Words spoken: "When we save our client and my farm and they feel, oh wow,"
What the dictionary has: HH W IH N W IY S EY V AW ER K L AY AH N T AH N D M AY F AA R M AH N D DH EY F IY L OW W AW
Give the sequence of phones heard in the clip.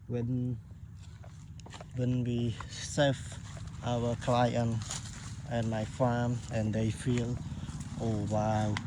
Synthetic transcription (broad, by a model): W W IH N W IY S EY F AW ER K L AY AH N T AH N M AY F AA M AH N D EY F IY L OW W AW